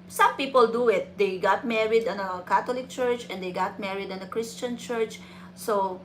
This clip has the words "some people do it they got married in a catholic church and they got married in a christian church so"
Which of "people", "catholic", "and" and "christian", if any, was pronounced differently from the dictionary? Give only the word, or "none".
catholic